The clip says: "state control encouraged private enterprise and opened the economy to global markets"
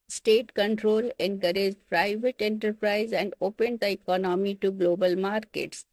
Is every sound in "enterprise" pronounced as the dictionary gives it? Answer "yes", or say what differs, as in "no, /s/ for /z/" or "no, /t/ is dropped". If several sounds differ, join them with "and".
yes